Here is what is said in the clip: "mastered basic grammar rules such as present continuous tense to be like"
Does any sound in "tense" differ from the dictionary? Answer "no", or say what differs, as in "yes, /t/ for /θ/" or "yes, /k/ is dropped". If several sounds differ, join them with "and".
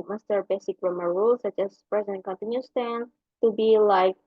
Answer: yes, /s/ is dropped